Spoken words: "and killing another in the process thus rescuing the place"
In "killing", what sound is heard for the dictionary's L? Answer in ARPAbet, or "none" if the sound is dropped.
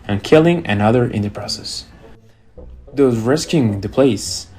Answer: L